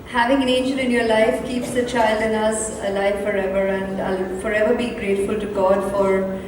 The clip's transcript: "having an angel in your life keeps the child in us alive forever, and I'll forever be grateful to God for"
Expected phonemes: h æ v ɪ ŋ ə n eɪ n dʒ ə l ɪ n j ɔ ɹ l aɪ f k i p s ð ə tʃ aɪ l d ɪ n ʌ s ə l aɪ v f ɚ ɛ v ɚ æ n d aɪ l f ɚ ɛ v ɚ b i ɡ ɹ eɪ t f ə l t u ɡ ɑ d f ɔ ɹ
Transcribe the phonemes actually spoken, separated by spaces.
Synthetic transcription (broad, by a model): h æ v ɪ ŋ ə n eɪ n dʒ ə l ɪ n j ɔ ɹ l aɪ f k i p s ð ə tʃ aɪ l d ɪ n ʌ s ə l aɪ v f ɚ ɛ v ɚ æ n d aɪ l f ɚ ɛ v ɚ b i ɡ ɹ eɪ t f ə l t u ɡ ɑ d f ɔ ɹ